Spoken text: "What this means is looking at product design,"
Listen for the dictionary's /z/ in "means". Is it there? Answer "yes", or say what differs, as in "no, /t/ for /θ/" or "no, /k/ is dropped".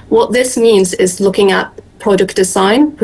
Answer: yes